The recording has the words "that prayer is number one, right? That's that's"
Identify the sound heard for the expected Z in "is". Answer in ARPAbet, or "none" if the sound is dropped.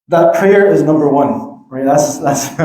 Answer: Z